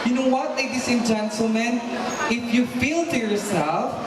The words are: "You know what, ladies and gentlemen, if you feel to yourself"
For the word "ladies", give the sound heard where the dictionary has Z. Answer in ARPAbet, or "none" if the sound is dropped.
S